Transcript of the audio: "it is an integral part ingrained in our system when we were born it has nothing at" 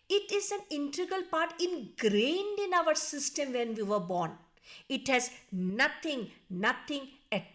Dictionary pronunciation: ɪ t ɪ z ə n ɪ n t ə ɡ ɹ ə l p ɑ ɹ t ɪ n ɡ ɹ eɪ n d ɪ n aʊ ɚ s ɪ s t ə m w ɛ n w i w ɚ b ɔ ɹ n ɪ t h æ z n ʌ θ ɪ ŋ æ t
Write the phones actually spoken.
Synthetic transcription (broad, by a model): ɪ t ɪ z ə n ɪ n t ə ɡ ə l p ɑ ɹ t ɪ n ɡ ɹ eɪ n d ɪ n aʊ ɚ s ɪ s t ə m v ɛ n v i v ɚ b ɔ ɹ n ɪ t h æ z n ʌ t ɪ ŋ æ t